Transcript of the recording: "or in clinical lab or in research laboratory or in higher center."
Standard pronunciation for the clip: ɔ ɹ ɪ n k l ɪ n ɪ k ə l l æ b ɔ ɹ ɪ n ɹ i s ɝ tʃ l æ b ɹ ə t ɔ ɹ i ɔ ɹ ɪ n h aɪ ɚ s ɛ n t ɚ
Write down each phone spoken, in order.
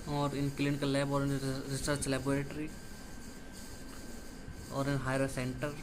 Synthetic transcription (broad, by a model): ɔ ɹ ɪ n k l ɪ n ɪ k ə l l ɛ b ɔ ɹ ɪ n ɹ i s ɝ s l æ b ɹ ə t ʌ ɹ i ɔ ɹ ɪ n h aɪ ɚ s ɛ n t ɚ